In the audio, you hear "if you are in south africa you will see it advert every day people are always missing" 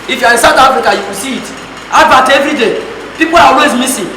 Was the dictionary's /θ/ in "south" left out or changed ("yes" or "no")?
yes